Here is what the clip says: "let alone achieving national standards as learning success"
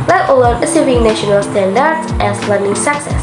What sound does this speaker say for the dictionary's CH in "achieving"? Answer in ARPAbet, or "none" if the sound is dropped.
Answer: S